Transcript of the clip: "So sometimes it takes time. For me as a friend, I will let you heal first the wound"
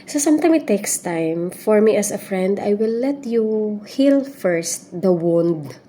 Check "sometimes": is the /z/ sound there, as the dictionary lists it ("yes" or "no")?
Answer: no